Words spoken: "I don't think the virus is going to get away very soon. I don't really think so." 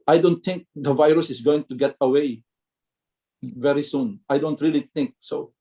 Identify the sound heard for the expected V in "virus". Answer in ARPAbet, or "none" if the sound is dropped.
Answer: V